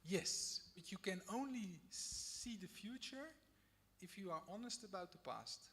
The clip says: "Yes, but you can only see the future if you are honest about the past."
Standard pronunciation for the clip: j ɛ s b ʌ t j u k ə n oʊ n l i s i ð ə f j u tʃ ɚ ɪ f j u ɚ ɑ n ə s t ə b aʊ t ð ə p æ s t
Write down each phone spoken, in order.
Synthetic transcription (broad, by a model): j ɛ s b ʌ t j u k ə n oʊ n l i s i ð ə f j u tʃ ɚ ɪ f j u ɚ ɑ n ə s t ə b aʊ t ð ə p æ s t